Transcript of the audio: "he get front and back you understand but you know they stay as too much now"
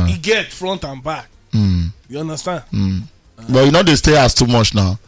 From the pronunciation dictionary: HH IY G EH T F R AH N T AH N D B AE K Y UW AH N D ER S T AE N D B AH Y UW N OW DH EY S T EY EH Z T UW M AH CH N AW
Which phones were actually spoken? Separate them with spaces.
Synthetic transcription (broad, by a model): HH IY G EH T F R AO N T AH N B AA K Y UW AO N D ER S T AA N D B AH Y UW N OW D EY S T EY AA S T UW M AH CH N AW